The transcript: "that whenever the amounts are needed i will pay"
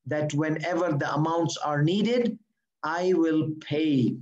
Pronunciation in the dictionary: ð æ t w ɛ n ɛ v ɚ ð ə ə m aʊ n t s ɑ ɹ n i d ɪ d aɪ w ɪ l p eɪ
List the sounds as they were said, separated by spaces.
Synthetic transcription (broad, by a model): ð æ t w ɛ n ɛ v ɚ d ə ə m aʊ n t s ɑ ɹ n i d ɪ d aɪ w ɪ l p eɪ